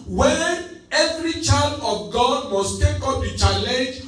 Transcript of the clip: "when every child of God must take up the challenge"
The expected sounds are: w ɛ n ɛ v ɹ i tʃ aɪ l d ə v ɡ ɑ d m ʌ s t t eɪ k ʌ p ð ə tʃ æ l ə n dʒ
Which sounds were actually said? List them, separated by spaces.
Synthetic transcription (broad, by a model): w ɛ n ɛ v ɹ i tʃ aɪ l d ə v ɡ ɑ d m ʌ s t t eɪ k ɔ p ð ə tʃ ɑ l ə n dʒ